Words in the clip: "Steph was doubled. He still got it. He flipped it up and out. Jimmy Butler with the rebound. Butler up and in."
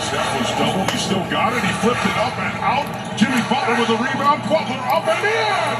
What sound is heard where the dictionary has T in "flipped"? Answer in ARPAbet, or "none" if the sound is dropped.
T